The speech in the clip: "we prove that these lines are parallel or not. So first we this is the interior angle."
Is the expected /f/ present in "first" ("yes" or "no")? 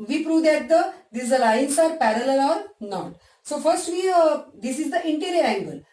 yes